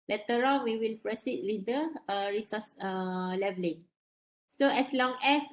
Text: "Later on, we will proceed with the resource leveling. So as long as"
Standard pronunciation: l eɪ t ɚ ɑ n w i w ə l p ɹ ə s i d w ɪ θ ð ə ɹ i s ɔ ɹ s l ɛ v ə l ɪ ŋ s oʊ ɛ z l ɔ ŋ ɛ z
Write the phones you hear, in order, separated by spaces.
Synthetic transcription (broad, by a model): l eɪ t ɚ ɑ l w i w ə l p ɹ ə s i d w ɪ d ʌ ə ɹ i s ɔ s l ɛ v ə l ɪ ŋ s oʊ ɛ s l ɔ ŋ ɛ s